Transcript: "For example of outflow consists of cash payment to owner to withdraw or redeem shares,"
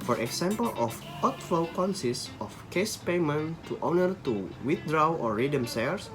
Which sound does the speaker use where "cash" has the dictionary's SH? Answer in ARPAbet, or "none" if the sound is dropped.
S